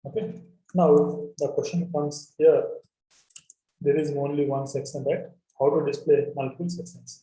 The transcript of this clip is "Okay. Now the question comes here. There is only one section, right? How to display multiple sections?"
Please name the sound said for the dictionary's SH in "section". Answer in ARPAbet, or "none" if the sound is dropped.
S